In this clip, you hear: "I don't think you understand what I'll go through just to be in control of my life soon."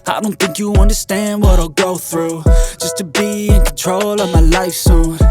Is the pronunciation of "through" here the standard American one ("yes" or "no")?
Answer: yes